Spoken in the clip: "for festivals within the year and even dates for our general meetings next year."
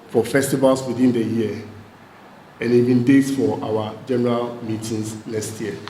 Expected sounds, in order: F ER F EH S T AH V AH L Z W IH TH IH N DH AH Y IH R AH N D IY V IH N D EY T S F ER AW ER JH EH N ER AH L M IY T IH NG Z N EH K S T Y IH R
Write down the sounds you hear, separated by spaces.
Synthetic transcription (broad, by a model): F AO F EH S T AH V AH L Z W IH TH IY N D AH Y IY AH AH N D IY B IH N D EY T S F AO AW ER JH EH N ER AH L M IY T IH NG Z N EH K S T Y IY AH